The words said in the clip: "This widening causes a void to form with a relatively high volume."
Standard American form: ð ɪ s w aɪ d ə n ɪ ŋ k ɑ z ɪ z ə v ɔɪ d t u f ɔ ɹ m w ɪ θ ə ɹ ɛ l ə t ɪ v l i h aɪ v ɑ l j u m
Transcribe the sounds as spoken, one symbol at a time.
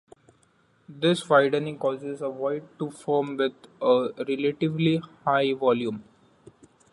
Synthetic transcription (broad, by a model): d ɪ s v aɪ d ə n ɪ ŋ k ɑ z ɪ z ə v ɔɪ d t u f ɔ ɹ m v ɪ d ə ɹ ɛ l ə t ɪ v l i h aɪ v ɑ l j u m